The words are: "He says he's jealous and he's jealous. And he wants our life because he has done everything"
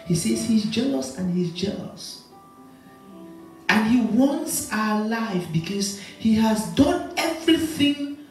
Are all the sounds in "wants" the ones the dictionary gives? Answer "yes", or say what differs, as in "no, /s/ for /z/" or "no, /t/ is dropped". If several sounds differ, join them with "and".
yes